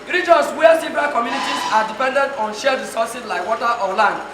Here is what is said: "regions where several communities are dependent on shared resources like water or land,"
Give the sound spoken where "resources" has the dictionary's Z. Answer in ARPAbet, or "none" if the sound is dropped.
S